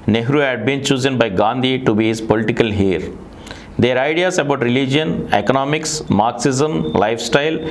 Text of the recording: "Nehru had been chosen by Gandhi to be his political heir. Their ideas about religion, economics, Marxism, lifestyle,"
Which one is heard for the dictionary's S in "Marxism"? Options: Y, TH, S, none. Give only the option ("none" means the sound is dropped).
S